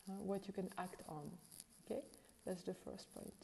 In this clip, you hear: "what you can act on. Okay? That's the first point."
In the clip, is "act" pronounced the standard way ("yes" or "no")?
yes